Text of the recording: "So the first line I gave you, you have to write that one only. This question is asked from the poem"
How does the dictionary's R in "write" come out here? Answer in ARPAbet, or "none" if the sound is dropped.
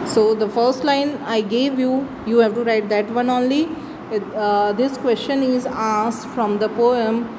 R